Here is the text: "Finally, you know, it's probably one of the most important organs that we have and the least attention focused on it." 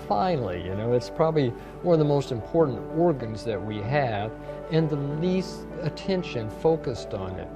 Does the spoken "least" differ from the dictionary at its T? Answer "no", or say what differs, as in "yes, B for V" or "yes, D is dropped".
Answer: no